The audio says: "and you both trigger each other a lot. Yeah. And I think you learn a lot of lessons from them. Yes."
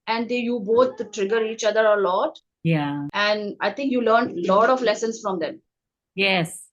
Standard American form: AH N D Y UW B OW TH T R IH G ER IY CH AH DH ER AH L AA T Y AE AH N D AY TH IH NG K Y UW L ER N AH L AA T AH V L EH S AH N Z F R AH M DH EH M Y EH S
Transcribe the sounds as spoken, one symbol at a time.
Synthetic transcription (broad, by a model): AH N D Y UW B OW T T R IH G ER IY CH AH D ER AH L AA T Y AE AH N D AY T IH NG K Y UW L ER N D L AA T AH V L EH S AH N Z F R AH M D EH M Y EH S